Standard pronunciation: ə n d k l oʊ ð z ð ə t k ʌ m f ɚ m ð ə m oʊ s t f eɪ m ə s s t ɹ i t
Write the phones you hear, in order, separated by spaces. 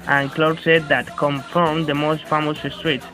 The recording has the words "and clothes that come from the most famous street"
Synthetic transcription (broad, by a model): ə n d k l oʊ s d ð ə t k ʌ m f ɚ m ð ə m oʊ s t f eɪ m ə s s t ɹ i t